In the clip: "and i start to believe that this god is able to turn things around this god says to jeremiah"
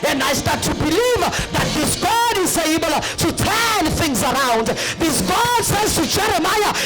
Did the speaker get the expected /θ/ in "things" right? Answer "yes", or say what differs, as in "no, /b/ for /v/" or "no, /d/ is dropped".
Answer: yes